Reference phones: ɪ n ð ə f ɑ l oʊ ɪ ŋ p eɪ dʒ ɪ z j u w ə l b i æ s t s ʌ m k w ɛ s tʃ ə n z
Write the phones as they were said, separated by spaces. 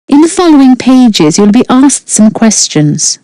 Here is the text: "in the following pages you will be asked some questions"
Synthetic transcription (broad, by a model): ɪ n ð ə f ɑ l oʊ ɪ ŋ p eɪ dʒ ɪ z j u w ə l b i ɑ s t s ʌ m k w ɛ s tʃ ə n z